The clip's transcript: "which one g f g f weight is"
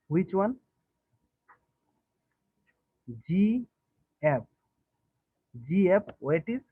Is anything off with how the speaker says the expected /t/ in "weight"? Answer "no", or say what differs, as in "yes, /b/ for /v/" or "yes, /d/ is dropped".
no